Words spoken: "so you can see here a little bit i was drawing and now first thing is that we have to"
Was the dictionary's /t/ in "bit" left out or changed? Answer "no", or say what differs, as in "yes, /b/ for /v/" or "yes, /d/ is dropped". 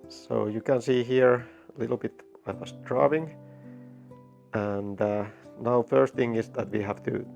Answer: no